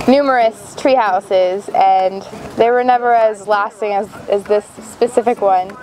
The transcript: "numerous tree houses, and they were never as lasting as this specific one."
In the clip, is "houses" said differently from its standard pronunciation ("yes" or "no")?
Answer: no